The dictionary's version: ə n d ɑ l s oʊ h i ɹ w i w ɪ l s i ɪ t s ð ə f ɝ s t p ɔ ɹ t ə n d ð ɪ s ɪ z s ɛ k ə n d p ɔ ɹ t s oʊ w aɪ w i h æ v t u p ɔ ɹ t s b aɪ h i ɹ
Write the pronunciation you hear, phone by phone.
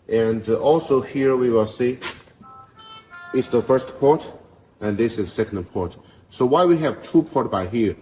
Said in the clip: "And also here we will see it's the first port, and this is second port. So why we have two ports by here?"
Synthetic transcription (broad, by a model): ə n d ɑ l s oʊ h i ɹ w i w ɪ l s i ɪ t s ð ə f ɝ s t p ɔ ɹ t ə n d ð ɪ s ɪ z s ɛ k ə n d p ɔ ɹ t s oʊ w aɪ w i h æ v t u p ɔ ɹ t b aɪ h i ɹ